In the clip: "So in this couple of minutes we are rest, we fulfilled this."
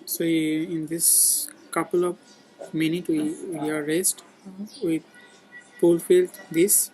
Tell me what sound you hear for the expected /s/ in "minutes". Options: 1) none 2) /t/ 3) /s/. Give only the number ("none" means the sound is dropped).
1